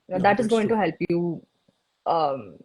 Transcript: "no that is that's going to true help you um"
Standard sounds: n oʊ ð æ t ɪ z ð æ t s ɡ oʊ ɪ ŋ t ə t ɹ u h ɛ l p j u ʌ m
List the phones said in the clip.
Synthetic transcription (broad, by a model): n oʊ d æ t ɪ z ɡ oʊ ɪ ŋ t t u h ɛ l p j u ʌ m